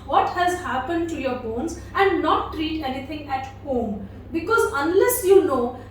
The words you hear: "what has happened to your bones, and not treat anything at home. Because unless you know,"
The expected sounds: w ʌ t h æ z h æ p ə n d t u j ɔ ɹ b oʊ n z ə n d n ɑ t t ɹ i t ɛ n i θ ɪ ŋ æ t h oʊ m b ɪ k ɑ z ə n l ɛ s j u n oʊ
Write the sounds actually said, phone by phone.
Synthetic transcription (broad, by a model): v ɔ t h æ z h æ p ə n d t u j ɔ ɹ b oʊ n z ə n d n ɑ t t ɹ i t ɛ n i t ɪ ŋ æ t h oʊ m b ɪ k ɑ z ə n l ɛ s j u n oʊ